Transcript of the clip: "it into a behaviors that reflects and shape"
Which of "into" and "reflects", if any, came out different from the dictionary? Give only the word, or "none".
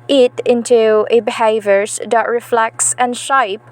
none